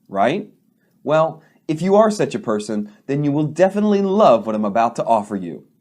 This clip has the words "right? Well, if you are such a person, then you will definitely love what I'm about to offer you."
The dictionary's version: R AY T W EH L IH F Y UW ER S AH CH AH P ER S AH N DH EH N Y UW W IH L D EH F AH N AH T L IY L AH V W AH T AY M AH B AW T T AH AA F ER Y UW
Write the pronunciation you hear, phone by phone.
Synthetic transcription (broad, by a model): R AY T W EH L IH F Y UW ER S AH CH AH P ER S AH N DH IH N Y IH W IH L D EH F AH N AH T L IY L AH V W AH T AY M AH B AW T T AA F ER Y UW